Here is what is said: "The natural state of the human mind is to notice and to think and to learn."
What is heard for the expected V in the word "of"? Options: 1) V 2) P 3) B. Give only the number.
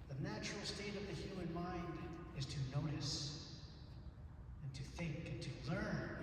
1